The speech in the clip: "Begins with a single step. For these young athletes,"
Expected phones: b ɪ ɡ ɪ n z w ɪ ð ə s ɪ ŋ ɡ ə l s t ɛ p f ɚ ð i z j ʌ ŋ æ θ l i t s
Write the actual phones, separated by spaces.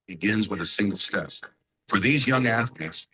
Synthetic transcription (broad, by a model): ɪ ɡ ɪ n z w ɪ ð ə s ɪ ŋ ɡ l s t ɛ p f ɚ ð i z j ʌ ŋ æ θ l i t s